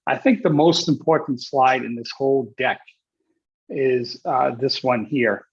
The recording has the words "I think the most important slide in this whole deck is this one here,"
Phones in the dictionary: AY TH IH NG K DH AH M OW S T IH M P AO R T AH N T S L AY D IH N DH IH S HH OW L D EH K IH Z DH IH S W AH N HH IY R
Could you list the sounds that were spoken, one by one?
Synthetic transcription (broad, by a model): AY TH IH NG K DH AH M OW S T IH M P AO R T N T S L AY D IH N DH IH S HH OW L D EH K IH Z DH IH S W AH N HH IY R